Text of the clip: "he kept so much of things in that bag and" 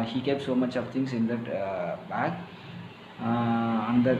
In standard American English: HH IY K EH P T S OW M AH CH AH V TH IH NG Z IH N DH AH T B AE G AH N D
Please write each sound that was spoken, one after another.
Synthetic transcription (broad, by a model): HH IY K EH P T S OW M AH CH AH V T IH NG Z IH N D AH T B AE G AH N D